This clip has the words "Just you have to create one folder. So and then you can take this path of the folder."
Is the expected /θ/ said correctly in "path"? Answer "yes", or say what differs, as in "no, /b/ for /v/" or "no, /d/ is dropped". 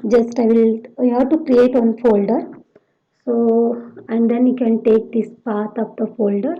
no, /t/ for /θ/